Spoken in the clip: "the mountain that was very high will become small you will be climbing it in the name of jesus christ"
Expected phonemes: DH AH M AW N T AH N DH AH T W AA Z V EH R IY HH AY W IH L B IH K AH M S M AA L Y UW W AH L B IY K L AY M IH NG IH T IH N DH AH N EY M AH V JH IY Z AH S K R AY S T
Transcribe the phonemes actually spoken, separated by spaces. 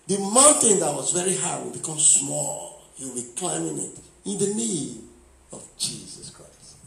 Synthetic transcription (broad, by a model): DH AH M AW N T AH N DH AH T W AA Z V EH R IY HH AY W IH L B IH K AH M S M AA L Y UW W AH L B IY K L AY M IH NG IH T IH N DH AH N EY AH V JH IY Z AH S K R AY S T